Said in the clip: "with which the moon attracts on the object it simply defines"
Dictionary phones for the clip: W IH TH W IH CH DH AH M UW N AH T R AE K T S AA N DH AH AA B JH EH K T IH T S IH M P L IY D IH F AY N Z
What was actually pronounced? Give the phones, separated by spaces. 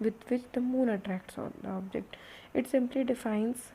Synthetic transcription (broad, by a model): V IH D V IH CH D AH M UW N AH T R AE K T S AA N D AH AA B JH EH K T IH T S IH M P L IY D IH F AY N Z